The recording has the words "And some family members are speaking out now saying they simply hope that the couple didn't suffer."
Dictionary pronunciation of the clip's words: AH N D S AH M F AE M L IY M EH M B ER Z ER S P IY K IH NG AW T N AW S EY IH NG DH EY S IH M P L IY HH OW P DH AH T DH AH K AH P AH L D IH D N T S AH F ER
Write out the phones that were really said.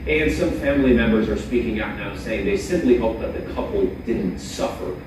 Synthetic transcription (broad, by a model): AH N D S AH M F AE M L IY M EH M B ER Z ER S P IY K IH NG AW T N AW S EY IH NG DH EY S IH M P L IY HH OW P DH AH T DH AH K AH P L D IH D N T S AH F ER